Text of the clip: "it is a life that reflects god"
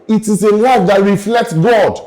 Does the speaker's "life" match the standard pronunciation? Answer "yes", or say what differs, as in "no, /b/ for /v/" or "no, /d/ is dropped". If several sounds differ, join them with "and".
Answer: no, /w/ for /l/